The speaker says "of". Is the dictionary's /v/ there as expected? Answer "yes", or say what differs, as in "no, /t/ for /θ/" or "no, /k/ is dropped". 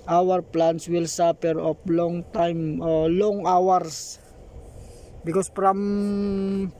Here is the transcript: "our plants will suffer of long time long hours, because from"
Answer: no, /p/ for /v/